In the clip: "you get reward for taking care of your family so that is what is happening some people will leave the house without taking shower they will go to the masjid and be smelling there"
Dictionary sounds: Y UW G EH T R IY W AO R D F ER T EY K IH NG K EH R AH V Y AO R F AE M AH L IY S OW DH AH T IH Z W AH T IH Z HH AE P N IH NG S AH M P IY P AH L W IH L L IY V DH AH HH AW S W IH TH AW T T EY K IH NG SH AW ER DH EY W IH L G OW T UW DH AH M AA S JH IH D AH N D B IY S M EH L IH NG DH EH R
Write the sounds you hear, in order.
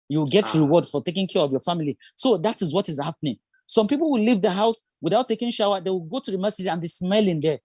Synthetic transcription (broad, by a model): Y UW G EH T R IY W AO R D F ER T EY K IH NG K EH R AH V Y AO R F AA M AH L IY S OW DH AH T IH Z W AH T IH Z HH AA P N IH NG S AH M P IY P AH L W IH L L IY V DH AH HH AW S W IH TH AW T T EY K IH NG SH AW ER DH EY W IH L G OW T UW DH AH M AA S IH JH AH N B IY S M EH L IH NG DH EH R